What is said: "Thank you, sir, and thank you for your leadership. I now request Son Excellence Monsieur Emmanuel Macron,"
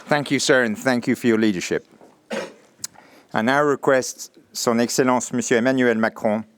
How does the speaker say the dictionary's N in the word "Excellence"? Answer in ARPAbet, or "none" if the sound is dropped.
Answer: none